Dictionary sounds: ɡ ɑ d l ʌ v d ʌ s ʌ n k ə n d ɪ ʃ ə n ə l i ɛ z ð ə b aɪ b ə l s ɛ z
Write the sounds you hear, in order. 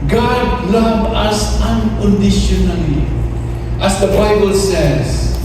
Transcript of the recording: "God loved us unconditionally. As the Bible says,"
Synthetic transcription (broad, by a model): ɡ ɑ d l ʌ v ʌ s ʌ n k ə n d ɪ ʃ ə n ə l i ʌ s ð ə b aɪ b ə l s ɛ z